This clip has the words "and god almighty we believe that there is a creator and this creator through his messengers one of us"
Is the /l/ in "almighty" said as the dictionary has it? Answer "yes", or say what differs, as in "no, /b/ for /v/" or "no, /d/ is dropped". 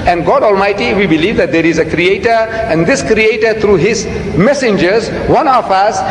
yes